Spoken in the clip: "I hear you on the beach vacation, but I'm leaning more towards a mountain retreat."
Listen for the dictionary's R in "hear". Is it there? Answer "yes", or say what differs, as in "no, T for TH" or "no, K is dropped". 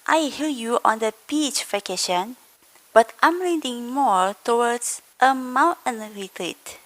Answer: no, L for R